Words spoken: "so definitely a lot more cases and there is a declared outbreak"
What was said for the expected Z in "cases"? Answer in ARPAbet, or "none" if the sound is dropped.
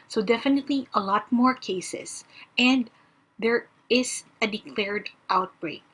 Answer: S